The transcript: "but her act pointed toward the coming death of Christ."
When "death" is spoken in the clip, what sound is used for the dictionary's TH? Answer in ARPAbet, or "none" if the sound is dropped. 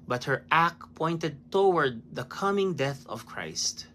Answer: TH